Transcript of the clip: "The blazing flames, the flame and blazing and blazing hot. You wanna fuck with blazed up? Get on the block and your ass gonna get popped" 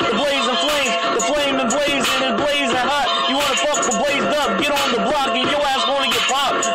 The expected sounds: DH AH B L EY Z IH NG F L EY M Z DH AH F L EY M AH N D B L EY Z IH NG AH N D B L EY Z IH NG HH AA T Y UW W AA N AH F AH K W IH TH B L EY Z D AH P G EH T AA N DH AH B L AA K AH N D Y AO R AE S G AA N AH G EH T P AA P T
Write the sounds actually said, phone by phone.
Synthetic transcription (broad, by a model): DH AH B L EY Z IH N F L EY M DH AH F L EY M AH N B L EY Z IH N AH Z B L EY Z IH HH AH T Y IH W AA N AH P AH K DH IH B L EY Z D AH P G EH T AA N DH AH B L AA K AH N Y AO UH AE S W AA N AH G EH T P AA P